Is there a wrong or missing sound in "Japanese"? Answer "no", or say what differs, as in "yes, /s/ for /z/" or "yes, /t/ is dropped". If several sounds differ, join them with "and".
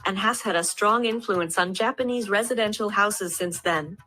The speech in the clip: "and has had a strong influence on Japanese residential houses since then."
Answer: no